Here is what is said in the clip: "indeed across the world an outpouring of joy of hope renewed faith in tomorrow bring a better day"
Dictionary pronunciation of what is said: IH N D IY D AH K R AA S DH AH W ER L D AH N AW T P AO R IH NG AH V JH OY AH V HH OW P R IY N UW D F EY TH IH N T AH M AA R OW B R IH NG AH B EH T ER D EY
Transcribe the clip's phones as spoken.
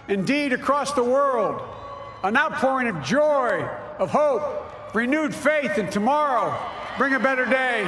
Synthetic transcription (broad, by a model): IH N D IY D AH K R AA S DH AH W ER L D AH N AW T P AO R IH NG AH V JH OY AH V HH OW P R IY N UW D F EY TH IH N T AH M AA R OW B R IH NG AH B EH T ER D EY